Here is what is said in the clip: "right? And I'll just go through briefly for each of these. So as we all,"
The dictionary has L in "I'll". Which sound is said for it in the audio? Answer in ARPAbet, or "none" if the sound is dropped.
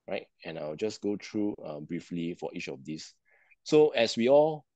W